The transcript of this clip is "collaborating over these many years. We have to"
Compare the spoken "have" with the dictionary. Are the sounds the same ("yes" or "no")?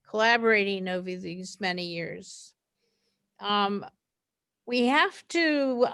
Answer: no